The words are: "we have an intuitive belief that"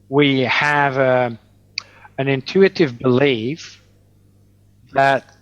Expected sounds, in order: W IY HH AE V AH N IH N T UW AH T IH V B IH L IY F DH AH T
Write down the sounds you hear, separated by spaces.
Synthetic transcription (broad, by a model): W IY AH V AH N IH N T UW AH T IH V B IH L IY F DH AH T